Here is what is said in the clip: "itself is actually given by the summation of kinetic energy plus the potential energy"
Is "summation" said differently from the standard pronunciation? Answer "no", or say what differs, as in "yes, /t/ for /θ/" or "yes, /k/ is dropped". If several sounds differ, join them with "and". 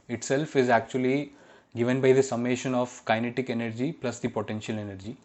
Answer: no